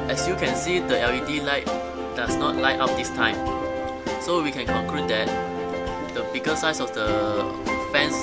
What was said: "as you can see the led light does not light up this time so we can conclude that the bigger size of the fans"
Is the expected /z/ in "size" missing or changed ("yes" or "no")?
yes